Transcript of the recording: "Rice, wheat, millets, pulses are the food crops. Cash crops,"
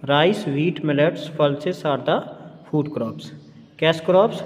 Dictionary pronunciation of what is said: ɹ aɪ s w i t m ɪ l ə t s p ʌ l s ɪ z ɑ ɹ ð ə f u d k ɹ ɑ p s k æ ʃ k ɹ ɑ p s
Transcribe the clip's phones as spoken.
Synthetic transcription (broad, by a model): ɹ aɪ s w i t m ɪ l ə t s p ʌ l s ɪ s ɑ ɹ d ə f u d k ɹ ɑ p s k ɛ s k ɹ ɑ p s